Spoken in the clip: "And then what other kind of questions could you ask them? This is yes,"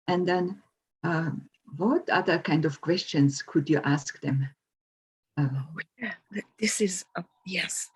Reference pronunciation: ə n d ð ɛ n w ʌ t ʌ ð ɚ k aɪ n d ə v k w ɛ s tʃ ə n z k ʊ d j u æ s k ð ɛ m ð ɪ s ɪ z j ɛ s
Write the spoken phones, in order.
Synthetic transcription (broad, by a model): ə n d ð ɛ n w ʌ t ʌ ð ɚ k aɪ n d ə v k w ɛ s tʃ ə n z k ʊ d j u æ s k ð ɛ m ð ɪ s ɪ z j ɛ s